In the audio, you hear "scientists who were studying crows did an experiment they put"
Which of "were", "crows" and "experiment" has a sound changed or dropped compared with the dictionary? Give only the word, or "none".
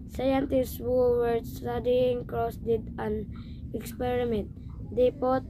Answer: crows